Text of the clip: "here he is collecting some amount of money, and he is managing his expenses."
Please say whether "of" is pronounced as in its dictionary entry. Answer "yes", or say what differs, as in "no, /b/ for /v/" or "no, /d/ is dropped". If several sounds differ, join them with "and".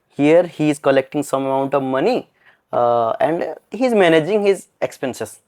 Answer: yes